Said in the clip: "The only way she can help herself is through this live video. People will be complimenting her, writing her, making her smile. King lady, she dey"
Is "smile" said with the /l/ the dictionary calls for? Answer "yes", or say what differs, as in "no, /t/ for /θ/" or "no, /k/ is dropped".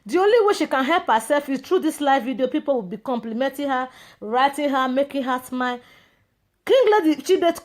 no, /n/ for /l/